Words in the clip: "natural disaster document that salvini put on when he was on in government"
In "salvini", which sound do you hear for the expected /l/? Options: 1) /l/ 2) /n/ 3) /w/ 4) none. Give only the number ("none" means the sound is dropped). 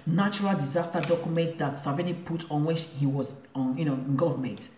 4